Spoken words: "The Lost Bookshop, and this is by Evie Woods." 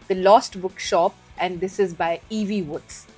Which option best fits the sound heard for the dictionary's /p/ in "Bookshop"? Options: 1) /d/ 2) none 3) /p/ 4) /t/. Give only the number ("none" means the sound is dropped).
3